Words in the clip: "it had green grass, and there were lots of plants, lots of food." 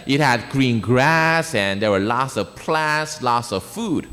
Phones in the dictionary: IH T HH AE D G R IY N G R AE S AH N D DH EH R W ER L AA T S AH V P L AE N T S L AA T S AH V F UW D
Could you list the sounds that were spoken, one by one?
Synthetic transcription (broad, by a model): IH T HH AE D G R IY N G R AE S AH N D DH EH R W ER L AA T S AH V P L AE T S L AA T S AH V F UW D